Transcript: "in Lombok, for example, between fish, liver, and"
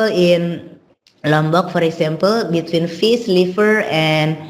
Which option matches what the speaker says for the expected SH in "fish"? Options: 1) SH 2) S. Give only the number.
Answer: 2